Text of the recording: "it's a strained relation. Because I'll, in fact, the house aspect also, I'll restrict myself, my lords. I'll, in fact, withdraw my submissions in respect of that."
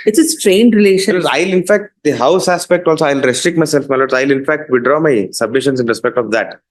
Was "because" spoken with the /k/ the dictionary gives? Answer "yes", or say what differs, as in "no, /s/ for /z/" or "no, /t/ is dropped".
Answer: no, /k/ is dropped